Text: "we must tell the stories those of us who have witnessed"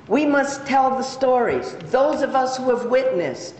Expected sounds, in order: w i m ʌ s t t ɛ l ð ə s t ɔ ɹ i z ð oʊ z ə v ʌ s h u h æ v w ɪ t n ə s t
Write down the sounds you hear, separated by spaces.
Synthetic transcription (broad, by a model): w i m ʌ s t t ɛ l ð ə s t ɔ ɹ i z ð oʊ z ə v ʌ s h u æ v w ɪ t n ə s t